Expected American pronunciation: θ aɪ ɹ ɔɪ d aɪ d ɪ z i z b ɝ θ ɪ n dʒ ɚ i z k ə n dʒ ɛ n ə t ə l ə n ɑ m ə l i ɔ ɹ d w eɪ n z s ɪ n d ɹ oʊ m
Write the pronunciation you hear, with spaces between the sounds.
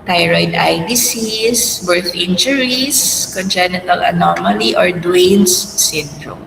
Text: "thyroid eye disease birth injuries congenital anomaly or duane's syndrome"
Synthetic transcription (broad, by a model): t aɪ ɹ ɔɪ d aɪ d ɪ s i s b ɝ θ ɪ n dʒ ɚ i s k ə n dʒ ɛ n ə t ə l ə n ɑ m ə l i ɔ ɹ d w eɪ n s s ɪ n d ɹ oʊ m